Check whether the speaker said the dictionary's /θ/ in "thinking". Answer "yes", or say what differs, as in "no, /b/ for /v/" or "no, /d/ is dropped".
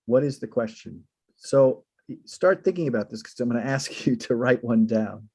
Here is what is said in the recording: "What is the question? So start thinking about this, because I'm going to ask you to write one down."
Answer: yes